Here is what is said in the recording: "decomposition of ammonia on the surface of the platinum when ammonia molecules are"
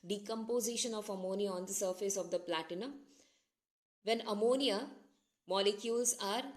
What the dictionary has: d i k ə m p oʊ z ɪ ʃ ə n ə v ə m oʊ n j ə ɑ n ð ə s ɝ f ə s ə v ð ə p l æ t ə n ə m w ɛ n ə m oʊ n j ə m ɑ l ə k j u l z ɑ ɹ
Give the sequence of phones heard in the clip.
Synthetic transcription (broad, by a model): d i k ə m p oʊ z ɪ ʃ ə n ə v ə m oʊ n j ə ɑ n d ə s ɝ f ə s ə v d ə p l æ t ə n ə m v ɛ n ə m oʊ n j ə m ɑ l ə k j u l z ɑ ɹ